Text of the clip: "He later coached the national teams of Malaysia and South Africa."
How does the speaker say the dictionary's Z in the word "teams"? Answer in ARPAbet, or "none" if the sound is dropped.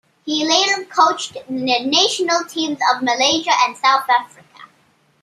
Z